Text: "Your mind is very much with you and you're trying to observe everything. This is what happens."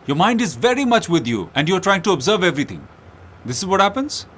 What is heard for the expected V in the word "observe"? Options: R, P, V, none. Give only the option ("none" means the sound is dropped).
V